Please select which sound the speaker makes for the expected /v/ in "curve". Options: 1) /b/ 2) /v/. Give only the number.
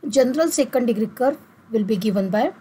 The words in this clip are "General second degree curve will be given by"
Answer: 2